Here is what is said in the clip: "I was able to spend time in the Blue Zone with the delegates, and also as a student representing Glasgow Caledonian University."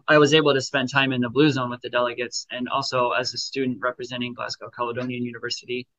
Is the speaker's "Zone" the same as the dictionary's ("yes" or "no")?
yes